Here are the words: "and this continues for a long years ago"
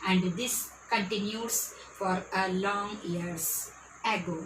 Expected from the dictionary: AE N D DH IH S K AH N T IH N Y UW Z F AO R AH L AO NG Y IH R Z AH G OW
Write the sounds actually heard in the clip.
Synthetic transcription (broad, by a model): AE N D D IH S K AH N T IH N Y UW S F AO R AH L AO NG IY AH R S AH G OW